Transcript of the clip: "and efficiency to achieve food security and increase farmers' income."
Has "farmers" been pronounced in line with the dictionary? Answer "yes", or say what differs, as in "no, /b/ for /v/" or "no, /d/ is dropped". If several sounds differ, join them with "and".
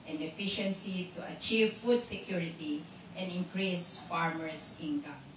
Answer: no, /s/ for /z/